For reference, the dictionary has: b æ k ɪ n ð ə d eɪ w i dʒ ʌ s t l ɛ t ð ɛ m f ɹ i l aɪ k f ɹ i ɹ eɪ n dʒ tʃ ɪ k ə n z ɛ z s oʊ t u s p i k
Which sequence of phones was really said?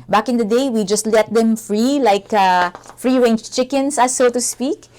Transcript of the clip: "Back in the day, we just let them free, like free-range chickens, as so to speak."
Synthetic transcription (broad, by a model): b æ k ɪ n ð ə d eɪ w i dʒ ʌ s t l ɛ t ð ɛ m f ɹ i l aɪ k f ɹ i ɹ eɪ n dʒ tʃ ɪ k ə n s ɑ s oʊ t u s p i k